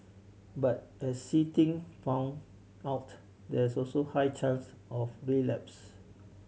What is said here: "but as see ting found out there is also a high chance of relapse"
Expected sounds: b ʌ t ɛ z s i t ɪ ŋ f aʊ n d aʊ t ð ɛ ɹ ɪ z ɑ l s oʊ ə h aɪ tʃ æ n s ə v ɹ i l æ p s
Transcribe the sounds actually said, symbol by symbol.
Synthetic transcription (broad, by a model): b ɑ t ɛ s i t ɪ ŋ f aʊ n aʊ t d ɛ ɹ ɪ s ɑ l s oʊ h aɪ tʃ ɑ n s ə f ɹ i l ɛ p s